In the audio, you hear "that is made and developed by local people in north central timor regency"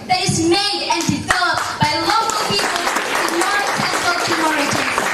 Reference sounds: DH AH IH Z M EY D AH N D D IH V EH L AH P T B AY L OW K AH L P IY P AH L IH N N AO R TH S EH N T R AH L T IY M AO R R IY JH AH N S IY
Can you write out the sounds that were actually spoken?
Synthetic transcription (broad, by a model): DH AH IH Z M EY D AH N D D IH V EH L AH P T B AY L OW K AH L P IY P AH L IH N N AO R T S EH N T AH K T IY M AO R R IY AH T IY